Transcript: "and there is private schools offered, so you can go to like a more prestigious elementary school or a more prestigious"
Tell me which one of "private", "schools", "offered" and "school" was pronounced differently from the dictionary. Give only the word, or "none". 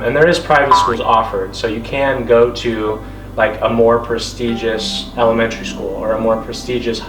none